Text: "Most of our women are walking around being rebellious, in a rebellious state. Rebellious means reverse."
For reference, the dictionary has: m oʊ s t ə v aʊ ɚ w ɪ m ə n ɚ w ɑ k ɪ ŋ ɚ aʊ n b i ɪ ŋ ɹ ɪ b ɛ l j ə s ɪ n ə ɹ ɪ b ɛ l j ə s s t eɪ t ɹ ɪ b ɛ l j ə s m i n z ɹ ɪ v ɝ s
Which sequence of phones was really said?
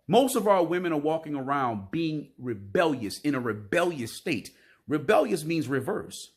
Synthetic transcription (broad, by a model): m oʊ s t ə v aʊ ɚ w ɪ m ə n ɚ w ɑ k ɪ ŋ ɚ aʊ n b i ɪ ŋ ɹ ɪ b ɛ l j ə s ɪ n ə ɹ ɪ b ɛ l j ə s s t eɪ t ɹ ɪ b ɛ l j ə s m i n z ɹ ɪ v ɝ s